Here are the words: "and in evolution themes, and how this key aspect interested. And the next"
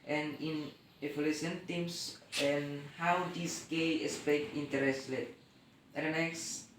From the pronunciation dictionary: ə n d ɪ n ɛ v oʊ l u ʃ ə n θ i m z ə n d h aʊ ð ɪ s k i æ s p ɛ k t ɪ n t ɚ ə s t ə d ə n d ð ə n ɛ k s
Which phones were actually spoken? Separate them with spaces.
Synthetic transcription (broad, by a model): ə n ɪ n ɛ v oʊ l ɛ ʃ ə n t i m s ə n h aʊ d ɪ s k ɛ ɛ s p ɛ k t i n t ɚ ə s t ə ə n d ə n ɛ k s